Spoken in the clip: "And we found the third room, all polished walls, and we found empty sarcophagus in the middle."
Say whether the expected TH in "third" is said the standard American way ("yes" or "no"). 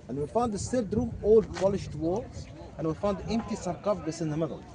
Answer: no